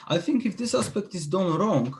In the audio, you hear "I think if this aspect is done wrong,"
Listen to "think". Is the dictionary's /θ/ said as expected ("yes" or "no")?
yes